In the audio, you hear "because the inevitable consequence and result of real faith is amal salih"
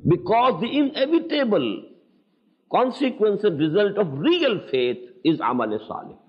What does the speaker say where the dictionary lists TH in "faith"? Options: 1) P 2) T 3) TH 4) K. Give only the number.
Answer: 2